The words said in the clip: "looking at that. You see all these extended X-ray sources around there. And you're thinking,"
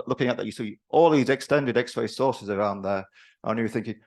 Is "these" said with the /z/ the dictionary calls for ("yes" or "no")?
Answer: yes